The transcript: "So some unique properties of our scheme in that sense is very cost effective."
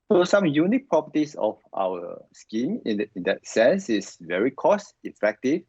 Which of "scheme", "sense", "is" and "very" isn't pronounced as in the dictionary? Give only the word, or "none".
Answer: is